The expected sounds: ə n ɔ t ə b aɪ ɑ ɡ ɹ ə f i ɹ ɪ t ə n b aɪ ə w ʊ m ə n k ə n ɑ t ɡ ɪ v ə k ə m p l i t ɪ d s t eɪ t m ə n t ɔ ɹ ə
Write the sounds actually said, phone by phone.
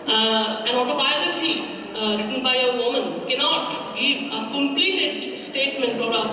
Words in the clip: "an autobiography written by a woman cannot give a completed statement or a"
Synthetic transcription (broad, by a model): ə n ɔ t ə b aɪ ɑ ɡ ɹ ə f i ɹ ɪ t ə n b aɪ ə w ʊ m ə n k ə n ɑ t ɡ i ə k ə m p l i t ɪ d s t eɪ t m ə n t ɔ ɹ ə